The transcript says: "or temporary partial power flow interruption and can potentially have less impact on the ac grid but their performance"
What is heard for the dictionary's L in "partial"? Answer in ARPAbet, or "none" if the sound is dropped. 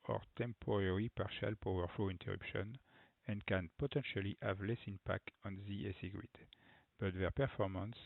L